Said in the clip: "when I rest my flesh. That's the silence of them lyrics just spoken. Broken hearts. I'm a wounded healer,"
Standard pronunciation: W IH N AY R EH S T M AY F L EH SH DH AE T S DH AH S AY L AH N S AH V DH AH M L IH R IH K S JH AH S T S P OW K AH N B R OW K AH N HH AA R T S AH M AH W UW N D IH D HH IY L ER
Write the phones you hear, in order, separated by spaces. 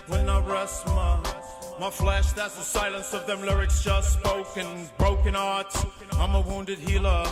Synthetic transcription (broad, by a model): W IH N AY R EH S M M AY F L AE SH DH AE T S DH AH S AY L AH N S AH V DH AH M L IH R IH K S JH AH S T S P OW K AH N B R OW K AH N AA R T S AH M AH W UW N D IH D HH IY L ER